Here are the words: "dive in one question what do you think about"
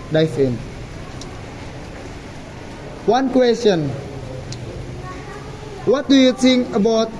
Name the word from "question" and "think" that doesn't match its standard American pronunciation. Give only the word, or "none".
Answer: think